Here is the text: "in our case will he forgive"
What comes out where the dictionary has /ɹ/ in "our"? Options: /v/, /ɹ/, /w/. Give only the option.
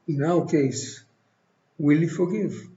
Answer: /w/